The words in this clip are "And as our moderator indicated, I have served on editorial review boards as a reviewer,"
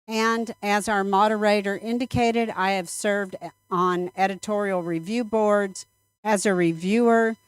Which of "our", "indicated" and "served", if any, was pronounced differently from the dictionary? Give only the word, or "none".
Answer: none